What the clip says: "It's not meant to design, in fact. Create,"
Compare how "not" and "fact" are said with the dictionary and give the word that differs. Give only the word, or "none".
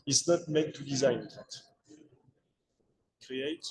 fact